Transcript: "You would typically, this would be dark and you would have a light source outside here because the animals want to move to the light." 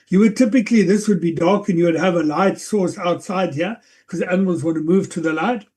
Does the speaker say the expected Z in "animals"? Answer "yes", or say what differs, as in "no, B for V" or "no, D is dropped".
yes